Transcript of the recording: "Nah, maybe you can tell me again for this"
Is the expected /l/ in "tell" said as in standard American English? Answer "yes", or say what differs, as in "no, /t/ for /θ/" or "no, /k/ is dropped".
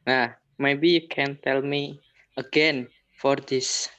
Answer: yes